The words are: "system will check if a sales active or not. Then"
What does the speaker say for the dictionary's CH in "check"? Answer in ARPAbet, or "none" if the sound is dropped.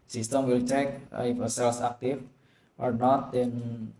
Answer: CH